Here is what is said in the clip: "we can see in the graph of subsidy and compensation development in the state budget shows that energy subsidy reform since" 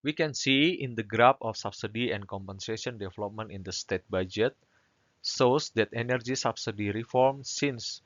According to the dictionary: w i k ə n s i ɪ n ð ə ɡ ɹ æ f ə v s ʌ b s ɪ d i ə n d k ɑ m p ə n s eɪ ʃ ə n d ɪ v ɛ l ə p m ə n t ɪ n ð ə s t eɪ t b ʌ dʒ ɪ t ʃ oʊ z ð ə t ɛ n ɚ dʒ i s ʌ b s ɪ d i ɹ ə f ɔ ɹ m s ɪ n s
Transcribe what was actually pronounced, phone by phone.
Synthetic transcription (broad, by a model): w i k ə n s i ɪ n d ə ɡ ɹ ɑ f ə f s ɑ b s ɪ d i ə n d k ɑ m p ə n s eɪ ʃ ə n d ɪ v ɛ l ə p m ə n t ɪ n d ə s t eɪ t b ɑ dʒ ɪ t s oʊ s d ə t ɛ n ɚ dʒ i s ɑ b s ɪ d i ɹ ə f ɔ ɹ m s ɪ n s